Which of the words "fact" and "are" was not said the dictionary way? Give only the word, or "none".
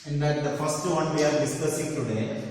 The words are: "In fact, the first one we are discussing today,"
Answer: fact